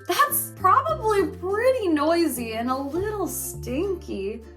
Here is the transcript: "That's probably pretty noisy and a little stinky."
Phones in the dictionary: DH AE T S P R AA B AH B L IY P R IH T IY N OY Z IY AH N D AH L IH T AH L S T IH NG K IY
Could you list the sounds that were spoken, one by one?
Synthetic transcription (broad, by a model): DH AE T S P R AA B AH B L IY P R IH T IY N OY Z IY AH N AH L IH T L S T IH NG K IY